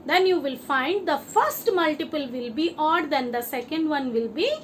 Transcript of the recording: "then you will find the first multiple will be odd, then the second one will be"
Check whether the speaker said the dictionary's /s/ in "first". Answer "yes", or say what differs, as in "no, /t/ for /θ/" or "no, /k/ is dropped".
yes